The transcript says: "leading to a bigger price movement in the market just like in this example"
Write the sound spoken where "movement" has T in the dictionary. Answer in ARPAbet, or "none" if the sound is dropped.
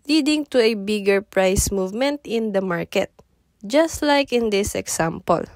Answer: T